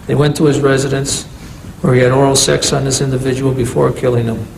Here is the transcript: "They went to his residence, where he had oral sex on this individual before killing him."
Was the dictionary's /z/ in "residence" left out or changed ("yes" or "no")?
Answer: no